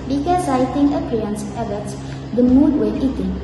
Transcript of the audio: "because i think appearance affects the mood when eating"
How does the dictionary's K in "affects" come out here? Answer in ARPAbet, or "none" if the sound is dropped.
none